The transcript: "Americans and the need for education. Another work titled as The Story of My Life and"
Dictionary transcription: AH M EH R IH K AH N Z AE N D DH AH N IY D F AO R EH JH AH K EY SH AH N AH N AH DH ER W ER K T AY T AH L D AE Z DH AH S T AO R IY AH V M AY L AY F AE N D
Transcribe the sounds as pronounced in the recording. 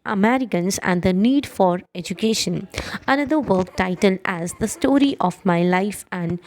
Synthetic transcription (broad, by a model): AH M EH R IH K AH N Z AE N D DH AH N IY D F AO R EH JH AH K EY SH AH N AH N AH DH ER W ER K T AY T AH L D AE Z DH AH S T AO R IY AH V M AY L AY F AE N D